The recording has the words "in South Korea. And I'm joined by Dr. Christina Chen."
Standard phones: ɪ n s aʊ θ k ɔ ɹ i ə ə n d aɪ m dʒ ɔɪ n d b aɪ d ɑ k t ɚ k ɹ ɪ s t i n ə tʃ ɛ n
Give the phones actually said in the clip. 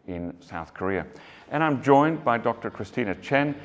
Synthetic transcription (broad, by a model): ɪ n s aʊ θ k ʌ ɹ i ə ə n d aɪ m dʒ ɔɪ n b aɪ d ɑ k t ɚ k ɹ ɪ s t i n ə tʃ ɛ n